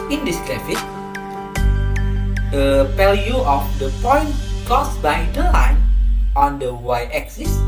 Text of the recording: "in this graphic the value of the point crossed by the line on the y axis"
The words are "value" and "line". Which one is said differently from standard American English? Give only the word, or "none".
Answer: value